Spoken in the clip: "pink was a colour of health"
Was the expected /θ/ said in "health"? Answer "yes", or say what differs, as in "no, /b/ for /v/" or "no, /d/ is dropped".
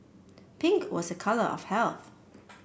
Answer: yes